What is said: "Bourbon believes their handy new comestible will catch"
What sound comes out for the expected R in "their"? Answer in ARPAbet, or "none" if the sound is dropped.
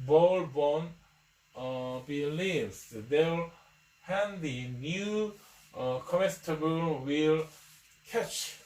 L